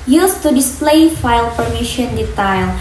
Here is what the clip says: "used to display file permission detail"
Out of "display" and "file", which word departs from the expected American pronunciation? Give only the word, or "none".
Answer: none